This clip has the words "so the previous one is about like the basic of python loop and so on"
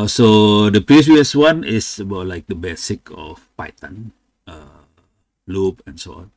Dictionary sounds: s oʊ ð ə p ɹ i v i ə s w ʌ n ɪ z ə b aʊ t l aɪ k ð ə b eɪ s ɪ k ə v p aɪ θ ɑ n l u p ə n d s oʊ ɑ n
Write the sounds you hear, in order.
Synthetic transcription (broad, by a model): s oʊ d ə p ɹ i w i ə s w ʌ n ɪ s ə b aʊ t l aɪ k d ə b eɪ s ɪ k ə f p aɪ t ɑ n l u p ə n s oʊ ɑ n